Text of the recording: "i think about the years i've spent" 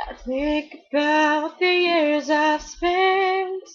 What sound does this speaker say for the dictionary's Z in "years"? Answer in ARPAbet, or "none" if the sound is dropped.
Z